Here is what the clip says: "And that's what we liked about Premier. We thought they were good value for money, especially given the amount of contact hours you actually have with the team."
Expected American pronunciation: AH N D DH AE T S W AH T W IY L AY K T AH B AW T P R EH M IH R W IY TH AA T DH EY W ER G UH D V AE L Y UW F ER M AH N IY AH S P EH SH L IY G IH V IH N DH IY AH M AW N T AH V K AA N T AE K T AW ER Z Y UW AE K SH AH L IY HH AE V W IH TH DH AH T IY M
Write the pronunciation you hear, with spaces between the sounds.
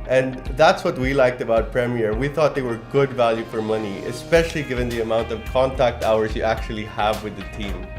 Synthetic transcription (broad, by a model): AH N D DH AE T S W AH T W IY L AY K T AH B AW T P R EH M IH R W IY TH AA T DH EY W ER G UH D V AE L Y UW F ER M AH N IY AH S P EH SH L IY G IH V IH N DH IY AH M AW N T AH V K AA N T AE K T AW ER Z Y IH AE K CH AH L IY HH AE V W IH DH AH T IY M